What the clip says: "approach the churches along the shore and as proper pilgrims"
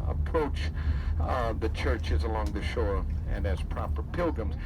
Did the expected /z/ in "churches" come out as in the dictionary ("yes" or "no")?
yes